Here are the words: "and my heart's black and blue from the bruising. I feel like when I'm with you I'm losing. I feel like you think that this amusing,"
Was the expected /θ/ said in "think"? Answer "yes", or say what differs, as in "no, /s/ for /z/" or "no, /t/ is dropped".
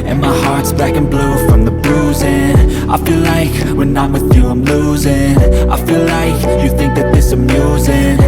yes